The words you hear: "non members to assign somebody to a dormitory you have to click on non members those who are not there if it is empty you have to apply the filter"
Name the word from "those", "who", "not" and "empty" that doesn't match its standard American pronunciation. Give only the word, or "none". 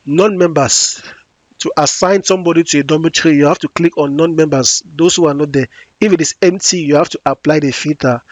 those